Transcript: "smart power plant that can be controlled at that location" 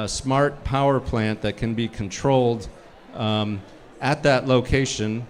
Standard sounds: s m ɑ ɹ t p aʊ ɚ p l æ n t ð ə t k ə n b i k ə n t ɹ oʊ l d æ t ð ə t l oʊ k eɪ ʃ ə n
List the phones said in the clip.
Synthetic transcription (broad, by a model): s m ɑ ɹ t p aʊ ɚ p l æ n ð ə t k ə n b i k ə n t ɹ oʊ l d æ t ð ə t l oʊ k eɪ ʃ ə n